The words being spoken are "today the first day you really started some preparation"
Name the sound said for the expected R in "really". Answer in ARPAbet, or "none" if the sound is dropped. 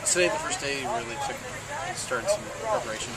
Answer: L